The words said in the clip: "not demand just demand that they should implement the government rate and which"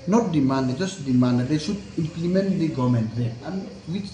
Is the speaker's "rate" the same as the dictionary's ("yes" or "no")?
no